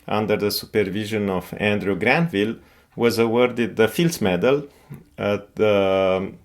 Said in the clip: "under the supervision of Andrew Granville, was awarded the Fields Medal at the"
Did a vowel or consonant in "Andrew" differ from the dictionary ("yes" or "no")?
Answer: no